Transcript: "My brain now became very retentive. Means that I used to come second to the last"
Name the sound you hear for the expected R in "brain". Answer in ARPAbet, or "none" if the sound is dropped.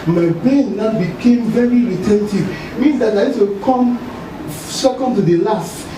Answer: none